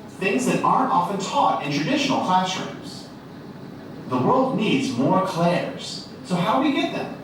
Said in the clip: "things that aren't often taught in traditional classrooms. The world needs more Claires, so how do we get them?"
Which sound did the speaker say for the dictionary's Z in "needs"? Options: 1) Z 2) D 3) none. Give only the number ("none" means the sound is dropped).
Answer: 1